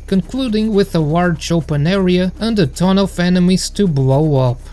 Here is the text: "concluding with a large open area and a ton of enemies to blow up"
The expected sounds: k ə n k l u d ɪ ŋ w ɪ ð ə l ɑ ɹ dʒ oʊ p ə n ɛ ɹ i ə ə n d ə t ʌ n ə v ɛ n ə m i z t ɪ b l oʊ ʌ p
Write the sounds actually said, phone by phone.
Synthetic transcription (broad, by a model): k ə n k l u d ɪ ŋ w ɪ ð ə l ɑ ɹ tʃ oʊ p ə n ɛ ɹ i ə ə n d ə t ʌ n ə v ɛ n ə m i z t ɪ b l oʊ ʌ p